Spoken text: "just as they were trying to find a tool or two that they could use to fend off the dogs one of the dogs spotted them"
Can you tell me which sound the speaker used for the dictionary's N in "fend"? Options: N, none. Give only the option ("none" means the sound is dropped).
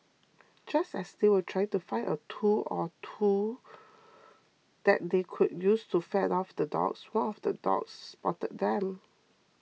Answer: none